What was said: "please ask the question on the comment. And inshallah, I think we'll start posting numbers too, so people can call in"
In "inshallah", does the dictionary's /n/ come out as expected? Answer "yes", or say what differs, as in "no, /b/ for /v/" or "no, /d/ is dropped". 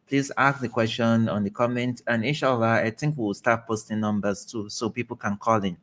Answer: no, /n/ is dropped